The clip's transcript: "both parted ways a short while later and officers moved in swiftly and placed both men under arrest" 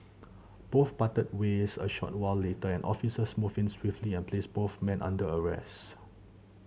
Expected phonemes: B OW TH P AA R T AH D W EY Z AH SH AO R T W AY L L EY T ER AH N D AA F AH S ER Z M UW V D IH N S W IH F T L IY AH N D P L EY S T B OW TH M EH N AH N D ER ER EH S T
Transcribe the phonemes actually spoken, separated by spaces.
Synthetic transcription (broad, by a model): B OW TH P AA T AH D W EY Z AH SH AO T W AY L L EY T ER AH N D AA F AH S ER S M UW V IH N S W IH F T L IY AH N P L EY S B OW TH M EH N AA N D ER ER EH S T